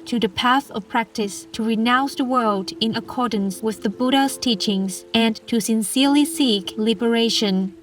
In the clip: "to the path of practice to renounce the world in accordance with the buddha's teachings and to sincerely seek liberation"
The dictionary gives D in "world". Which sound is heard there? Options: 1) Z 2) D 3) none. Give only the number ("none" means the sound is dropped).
2